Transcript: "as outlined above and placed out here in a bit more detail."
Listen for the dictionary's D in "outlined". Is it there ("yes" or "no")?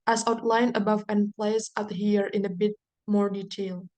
no